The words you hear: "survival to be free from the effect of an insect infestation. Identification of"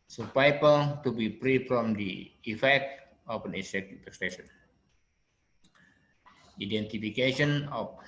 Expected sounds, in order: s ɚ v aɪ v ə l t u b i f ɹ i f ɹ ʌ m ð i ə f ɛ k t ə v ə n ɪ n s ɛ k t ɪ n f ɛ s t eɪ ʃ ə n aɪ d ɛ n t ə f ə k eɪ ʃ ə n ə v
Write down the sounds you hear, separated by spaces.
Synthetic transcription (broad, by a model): s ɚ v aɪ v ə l t u b i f ɹ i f ɹ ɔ m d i ə f ɛ k t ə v ə n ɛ s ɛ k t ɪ f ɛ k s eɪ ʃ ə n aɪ d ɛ n t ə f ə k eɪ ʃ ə n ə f